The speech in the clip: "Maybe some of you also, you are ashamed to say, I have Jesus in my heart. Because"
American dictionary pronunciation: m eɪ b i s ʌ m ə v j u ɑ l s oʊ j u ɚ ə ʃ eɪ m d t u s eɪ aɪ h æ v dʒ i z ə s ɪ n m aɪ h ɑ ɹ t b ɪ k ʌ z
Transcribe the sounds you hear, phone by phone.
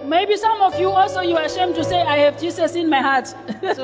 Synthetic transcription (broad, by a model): m eɪ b i s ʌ m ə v j u ɑ l s oʊ j u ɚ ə ʃ eɪ m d t u s eɪ aɪ h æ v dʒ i s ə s ɪ n m aɪ h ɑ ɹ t